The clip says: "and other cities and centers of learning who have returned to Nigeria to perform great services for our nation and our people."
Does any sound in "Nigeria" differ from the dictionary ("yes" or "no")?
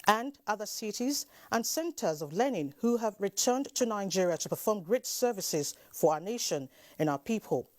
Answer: no